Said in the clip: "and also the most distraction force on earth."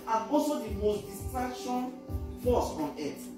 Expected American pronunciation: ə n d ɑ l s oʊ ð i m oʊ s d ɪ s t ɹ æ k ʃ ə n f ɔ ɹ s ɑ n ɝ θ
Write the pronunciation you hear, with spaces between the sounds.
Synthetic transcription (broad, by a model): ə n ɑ s oʊ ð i m oʊ s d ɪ s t ɹ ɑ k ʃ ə n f ɔ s ɑ n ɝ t